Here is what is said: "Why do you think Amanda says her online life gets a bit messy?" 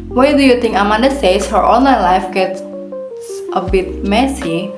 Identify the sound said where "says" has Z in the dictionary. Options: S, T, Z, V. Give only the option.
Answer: S